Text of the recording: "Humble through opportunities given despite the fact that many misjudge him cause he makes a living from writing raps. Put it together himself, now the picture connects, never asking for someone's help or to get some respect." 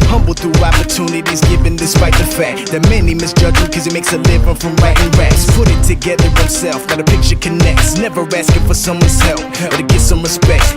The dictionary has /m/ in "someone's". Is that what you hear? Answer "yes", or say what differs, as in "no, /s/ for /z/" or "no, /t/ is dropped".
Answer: yes